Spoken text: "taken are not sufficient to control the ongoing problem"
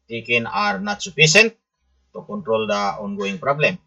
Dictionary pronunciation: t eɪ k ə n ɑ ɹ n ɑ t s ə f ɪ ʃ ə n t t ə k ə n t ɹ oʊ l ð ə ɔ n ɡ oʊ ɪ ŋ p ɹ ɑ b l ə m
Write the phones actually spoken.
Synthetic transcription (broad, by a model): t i k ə n ɑ ɹ n ɑ t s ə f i s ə n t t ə k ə n t ɹ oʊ l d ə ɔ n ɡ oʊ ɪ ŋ p ɹ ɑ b l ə m